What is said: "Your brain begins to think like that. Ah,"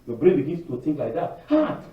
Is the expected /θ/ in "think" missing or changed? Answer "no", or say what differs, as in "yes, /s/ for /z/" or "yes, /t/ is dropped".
yes, /t/ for /θ/